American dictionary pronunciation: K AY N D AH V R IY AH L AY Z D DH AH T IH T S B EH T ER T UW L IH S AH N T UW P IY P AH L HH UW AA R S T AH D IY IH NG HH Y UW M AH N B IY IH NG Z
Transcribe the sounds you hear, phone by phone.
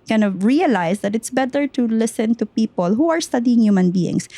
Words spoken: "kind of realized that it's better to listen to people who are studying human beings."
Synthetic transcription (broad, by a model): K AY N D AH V R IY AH L AY S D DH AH T IH T S B EH T ER T UW L IH S AH N T UW P IY P AH L HH UW AA R S T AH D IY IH NG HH Y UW M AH N B IY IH NG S